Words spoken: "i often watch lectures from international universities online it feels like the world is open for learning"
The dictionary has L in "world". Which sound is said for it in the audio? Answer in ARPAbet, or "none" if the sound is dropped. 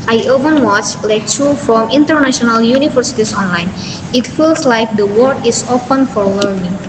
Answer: none